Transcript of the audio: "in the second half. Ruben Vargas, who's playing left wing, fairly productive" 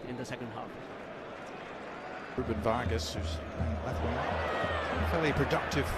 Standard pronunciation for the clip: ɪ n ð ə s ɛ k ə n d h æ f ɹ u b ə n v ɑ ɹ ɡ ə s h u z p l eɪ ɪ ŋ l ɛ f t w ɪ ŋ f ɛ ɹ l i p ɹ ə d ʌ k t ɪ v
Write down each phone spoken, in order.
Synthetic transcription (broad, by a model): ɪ n ð ə s ɛ k ə n d h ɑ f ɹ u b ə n v ɑ ɹ ɡ ə s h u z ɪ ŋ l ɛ t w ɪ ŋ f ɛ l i p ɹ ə d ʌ k t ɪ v